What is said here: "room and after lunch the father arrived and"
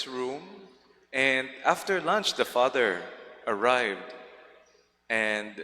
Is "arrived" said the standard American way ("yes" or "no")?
yes